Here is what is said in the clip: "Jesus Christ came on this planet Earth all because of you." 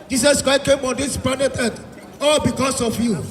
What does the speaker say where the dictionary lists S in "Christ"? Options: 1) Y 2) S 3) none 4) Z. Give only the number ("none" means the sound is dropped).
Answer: 3